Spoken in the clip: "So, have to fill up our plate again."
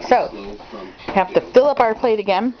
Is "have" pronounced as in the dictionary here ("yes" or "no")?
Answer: no